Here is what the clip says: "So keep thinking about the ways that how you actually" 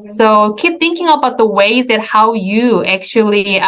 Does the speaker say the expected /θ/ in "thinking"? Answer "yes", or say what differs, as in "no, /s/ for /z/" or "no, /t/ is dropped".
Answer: yes